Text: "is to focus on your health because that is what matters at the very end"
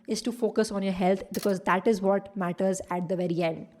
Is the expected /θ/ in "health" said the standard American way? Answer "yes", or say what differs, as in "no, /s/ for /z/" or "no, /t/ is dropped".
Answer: no, /t/ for /θ/